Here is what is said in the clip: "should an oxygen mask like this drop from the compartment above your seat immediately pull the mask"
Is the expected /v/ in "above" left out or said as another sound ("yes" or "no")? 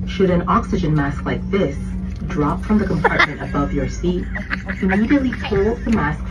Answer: no